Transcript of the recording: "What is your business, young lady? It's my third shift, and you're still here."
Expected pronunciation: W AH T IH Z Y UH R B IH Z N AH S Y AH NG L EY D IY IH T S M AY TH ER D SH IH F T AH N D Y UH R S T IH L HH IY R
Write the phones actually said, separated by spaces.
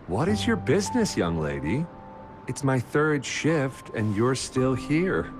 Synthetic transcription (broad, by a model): W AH T IH Z Y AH R B IH Z N AH S Y AH NG L EY D IY IH T S M AY TH ER D SH IH F T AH N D Y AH R S T IH L HH IY R